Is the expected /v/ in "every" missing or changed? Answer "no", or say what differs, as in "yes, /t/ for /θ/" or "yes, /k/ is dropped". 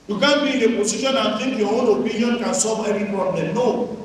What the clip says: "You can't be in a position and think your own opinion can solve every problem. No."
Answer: yes, /v/ is dropped